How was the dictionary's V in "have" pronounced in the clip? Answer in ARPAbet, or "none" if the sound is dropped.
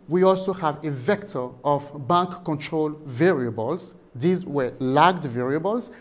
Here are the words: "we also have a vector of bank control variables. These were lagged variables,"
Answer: V